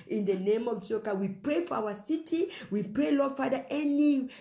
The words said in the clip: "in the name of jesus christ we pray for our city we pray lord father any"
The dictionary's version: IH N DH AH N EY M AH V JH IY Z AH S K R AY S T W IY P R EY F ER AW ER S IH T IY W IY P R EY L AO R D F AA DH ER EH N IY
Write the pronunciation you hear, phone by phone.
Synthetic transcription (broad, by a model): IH N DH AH N EY M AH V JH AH K AY W IY P R EY F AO AW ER S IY T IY W IY P R EY L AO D F AA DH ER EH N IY